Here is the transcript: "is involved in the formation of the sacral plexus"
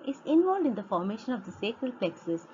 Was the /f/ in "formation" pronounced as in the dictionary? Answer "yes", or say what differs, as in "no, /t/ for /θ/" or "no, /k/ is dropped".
yes